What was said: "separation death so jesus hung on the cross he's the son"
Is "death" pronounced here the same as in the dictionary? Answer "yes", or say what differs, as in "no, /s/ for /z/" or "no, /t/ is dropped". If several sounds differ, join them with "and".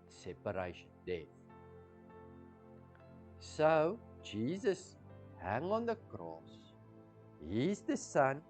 yes